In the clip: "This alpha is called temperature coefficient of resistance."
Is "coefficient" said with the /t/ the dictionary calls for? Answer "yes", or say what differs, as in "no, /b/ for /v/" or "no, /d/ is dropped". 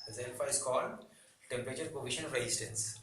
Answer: no, /t/ is dropped